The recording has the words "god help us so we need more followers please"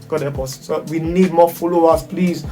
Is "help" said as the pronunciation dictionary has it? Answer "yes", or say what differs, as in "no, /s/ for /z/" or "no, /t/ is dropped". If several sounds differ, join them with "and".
no, /l/ is dropped